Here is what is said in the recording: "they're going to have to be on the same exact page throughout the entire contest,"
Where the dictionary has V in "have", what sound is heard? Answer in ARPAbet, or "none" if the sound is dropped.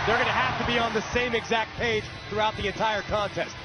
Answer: F